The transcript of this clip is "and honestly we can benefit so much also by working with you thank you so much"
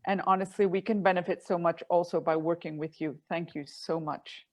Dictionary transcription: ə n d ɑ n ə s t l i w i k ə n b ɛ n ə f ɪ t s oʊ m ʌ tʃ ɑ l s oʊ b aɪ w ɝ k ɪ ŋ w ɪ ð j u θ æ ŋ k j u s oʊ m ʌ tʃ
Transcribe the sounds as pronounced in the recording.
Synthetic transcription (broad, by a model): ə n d ɑ n ə s t l i w i k ə n b ɛ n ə f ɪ t s oʊ m ʌ tʃ ɑ l s oʊ b aɪ w ɝ k ɪ ŋ w ɪ ð j u θ æ ŋ k j u s oʊ m ʌ tʃ